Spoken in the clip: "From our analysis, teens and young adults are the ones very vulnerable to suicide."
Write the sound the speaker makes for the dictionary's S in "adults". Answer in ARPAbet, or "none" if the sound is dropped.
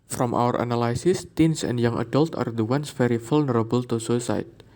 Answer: none